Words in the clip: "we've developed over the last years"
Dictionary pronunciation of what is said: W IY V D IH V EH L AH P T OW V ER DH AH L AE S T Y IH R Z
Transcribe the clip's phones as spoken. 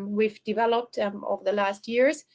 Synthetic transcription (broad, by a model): W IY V D IH V EH L AH P T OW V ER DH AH L AE S T Y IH R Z